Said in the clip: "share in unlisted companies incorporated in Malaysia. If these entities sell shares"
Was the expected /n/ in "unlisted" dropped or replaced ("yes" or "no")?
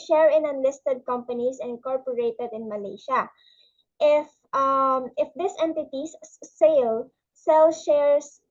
no